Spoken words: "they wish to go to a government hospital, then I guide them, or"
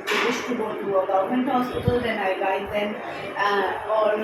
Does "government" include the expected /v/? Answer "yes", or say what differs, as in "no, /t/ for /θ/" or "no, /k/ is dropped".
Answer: no, /v/ is dropped